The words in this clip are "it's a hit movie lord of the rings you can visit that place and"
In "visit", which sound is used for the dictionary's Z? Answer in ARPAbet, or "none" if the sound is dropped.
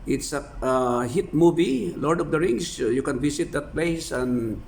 S